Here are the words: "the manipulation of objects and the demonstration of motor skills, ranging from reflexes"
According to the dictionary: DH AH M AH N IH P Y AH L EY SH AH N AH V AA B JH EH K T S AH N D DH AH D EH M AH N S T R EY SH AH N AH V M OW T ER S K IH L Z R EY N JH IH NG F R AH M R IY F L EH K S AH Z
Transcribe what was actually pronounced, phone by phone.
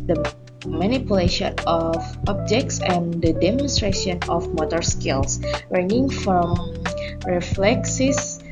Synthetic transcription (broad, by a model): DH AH M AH N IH P Y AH L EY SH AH N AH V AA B JH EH K T S AH N D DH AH D EH M AH N S T R EY SH AH N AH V M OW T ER S K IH L S R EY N IH NG F R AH M R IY F L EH K S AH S